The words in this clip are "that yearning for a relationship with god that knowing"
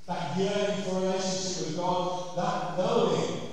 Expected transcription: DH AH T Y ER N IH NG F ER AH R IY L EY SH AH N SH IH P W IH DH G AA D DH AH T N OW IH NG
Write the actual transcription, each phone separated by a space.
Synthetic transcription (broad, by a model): DH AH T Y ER IH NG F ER AH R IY EY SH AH N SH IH P W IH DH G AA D DH AH T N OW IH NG